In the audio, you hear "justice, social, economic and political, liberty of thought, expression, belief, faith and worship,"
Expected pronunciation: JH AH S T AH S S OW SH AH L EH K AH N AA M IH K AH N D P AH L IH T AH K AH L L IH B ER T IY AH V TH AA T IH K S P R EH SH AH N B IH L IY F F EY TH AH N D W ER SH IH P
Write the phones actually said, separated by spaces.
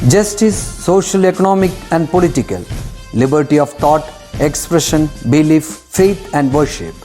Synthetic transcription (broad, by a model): JH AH S T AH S S OW SH AH L EH K AH N AA M IH K AH N D P AH L IH T AH K AH L L IH B ER T IY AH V T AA T IH K S P R EH SH AH N B IH L IY F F EY T AH N D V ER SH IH P